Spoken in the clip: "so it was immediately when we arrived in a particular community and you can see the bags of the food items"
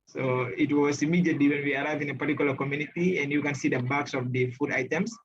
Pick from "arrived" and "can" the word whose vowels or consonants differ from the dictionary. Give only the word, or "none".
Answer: arrived